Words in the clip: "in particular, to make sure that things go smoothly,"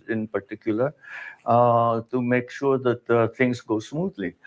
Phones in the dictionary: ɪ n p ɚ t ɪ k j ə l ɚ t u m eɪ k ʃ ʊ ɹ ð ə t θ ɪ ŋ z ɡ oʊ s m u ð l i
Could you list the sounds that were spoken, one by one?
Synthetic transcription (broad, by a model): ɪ n p ɚ t ɪ k j ə l ɚ t u m eɪ k ʃ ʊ ɹ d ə t t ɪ ŋ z ɡ oʊ s m u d l i